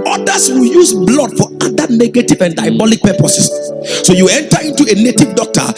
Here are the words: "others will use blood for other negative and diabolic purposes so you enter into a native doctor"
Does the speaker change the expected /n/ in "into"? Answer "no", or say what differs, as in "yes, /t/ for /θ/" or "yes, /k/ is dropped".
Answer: no